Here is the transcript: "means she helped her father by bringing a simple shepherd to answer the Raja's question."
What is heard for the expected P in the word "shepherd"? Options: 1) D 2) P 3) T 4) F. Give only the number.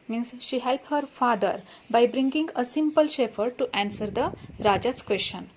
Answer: 4